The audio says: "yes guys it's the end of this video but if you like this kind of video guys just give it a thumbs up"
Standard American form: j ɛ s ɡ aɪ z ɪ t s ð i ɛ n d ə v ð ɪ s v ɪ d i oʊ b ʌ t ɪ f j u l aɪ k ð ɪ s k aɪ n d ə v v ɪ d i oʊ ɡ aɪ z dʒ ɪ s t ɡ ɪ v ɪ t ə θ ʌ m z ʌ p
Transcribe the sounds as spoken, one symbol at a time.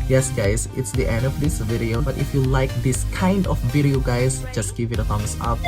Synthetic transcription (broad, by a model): j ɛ s ɡ aɪ s ɪ t s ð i ɛ n d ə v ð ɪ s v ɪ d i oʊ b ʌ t ɪ f j u l aɪ k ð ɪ s k aɪ n d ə f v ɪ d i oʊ ɡ aɪ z dʒ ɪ s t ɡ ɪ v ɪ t ə f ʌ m s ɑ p